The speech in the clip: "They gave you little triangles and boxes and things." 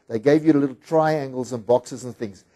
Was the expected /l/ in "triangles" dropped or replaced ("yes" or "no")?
no